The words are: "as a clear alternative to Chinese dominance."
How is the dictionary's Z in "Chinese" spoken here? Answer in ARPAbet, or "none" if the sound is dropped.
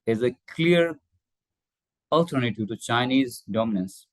Z